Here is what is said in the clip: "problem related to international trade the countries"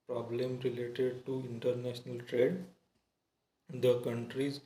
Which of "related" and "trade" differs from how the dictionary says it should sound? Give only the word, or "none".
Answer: none